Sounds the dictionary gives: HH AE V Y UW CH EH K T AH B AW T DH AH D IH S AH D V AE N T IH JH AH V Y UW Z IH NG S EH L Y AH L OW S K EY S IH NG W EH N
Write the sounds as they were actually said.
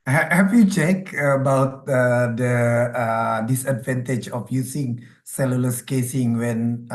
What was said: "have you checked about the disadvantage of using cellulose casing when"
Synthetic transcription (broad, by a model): HH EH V Y UW CH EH K AH B AW T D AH D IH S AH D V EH N T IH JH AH F Y UW S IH NG S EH L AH L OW S K EY S IH NG W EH N